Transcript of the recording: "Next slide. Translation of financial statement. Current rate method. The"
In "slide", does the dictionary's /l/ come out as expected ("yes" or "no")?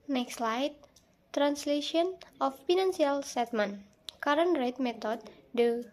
yes